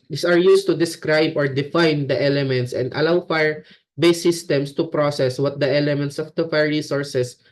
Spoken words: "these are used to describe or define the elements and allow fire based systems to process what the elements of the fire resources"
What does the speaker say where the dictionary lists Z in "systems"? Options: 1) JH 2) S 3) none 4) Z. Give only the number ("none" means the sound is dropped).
2